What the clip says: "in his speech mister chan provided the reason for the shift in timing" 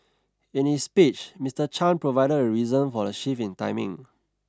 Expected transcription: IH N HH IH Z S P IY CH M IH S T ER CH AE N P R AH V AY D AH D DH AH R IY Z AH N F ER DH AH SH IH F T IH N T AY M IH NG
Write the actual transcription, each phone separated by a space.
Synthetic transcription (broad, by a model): IH N HH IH S P IY CH M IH S T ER CH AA N P R AH V AY D AH D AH R IY Z AH N F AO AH SH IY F IH N T AY M IH NG